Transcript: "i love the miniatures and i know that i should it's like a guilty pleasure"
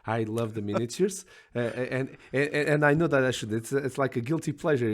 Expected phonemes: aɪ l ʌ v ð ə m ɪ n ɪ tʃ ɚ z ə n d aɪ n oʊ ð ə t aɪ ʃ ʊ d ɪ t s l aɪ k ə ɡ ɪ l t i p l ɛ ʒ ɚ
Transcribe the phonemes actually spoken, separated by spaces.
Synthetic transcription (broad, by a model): aɪ l ʌ v ð ə m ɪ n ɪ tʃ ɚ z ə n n aɪ n oʊ ð ə t aɪ ʃ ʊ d ɪ t s l aɪ k ə ɡ ɪ l t i p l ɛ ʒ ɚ